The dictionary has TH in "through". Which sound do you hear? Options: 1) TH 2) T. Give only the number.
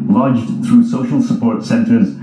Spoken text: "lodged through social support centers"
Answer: 1